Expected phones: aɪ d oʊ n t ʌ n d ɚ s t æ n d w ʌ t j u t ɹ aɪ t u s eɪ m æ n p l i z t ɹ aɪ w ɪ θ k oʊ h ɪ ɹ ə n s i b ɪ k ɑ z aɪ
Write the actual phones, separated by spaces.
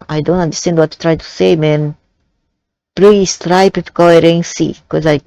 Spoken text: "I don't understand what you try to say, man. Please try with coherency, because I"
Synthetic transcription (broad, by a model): aɪ d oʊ n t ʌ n d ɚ s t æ n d w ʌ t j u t ɹ aɪ t u s eɪ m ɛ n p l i s t ɹ aɪ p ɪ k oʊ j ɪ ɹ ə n s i k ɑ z aɪ